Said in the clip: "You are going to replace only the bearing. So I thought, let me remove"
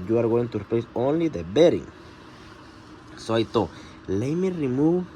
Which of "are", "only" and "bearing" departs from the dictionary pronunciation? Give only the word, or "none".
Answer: none